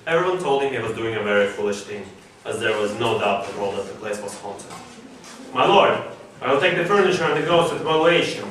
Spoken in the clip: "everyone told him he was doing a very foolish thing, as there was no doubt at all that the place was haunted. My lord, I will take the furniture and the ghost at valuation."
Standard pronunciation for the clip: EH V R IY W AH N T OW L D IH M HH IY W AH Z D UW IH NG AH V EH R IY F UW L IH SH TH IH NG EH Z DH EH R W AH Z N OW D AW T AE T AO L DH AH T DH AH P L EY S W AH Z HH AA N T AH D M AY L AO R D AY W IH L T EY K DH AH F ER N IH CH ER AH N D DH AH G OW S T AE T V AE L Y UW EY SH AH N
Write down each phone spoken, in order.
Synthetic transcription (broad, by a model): EH V R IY W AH N T OW L D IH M HH IY W AH Z D UW IH NG AH V EH R IY F UW L IH SH TH IH NG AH Z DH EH R W AH Z N OW D AW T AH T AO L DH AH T DH AH P L EY S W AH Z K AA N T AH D M AY L AO R D AY W IH L T EY K DH AH F ER N IH CH ER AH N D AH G OW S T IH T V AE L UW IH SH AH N